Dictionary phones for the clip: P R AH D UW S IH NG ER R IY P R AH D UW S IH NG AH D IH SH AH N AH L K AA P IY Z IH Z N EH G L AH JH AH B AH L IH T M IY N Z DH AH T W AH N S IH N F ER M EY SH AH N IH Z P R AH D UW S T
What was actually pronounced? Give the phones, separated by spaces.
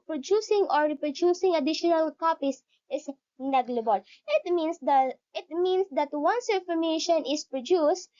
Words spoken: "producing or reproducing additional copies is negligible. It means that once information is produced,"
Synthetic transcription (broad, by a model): P R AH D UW S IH NG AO R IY P R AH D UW S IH NG AH D IH SH AH N AH L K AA P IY S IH S N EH G L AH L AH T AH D IH T M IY N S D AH T W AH N S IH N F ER M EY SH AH N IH S P R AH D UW S T